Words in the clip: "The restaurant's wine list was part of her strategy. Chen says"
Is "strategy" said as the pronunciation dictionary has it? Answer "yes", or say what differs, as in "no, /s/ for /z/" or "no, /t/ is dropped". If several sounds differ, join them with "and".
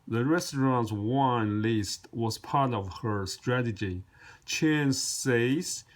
yes